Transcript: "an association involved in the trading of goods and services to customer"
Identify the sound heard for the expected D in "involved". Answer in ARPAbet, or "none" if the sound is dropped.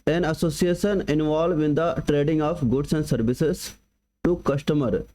none